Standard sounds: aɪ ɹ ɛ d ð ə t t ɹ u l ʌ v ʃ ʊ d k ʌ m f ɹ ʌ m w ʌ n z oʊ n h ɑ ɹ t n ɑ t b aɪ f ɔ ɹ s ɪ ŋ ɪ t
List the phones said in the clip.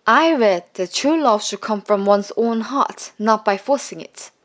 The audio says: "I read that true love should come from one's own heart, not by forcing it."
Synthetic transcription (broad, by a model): aɪ ɹ ɛ d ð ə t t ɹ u l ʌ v ʃ ʊ d k ʌ m f ɹ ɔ m w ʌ n s oʊ n h ɑ t n ɑ t b aɪ f ɔ s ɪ ŋ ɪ t